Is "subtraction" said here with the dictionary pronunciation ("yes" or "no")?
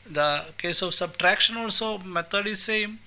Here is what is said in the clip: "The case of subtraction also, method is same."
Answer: yes